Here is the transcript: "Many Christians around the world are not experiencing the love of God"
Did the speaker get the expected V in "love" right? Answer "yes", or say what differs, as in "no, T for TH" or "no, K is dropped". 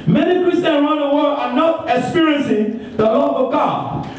no, P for V